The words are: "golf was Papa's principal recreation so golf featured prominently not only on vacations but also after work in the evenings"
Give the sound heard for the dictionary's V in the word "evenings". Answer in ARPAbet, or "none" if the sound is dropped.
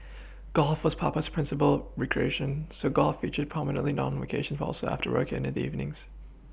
V